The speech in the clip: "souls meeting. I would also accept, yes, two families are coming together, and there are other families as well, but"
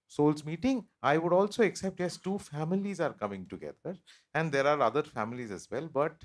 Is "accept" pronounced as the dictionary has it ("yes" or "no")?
yes